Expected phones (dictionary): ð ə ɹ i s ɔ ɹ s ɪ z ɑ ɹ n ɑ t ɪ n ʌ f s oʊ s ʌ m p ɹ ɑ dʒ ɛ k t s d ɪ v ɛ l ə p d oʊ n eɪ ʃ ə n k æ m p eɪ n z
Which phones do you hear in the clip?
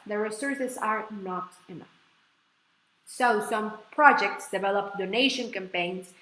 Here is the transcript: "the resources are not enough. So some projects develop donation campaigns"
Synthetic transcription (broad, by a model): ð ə ɹ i s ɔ ɹ s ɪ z ɑ ɹ n ɑ t ɪ n ʌ f s oʊ s ʌ m p ɹ ɑ dʒ ɛ k t s d ɪ v ɛ l ə p d oʊ n eɪ ʃ ə n k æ m p eɪ n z